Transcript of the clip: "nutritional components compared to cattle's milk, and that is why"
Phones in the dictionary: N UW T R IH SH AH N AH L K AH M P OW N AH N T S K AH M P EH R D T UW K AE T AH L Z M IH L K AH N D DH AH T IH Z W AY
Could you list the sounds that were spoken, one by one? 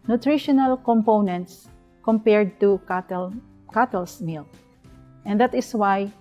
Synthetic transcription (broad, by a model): N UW T R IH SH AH N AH L K AH M P OW N AH N T S K AH M P EH R D T UW K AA T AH L S M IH L AH N D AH T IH S W AY